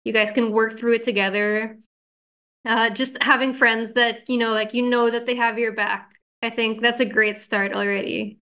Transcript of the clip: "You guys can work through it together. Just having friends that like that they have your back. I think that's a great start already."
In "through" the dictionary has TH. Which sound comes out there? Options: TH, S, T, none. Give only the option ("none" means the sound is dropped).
TH